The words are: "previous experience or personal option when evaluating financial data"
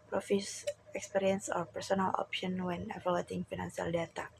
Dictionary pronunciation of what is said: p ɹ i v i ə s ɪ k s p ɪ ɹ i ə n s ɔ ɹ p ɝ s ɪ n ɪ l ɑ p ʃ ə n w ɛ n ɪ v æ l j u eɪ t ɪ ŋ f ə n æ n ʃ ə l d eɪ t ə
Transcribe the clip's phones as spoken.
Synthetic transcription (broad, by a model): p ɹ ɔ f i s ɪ k s p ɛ ɹ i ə n s ɔ ɹ p ɝ s ɪ n ɪ l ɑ p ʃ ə n w ɛ n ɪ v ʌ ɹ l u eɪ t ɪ ŋ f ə n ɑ n s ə l d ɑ t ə